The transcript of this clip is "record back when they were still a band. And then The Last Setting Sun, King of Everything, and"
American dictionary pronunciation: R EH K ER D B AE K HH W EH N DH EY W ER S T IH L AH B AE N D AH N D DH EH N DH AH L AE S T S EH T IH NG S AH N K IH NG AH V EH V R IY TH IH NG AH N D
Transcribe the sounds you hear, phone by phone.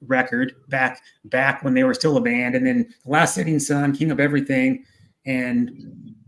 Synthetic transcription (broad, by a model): R EH K ER D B AE K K W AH N DH EY W ER S T IH L AH B AE N D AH N DH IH N DH AH L AE S T S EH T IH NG S AH N K IH NG AH P EH V R IY TH IH NG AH N